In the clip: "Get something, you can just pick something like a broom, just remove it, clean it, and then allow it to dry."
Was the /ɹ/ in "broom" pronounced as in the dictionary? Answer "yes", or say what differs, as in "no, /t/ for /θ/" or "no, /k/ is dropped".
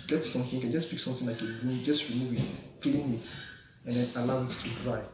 no, /ɹ/ is dropped